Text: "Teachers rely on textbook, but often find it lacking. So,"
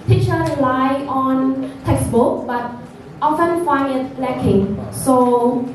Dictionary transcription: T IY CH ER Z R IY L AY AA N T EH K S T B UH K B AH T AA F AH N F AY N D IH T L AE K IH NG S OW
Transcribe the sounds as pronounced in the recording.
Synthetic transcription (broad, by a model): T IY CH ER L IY L AY AA N T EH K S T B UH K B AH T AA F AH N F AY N IH T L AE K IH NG S OW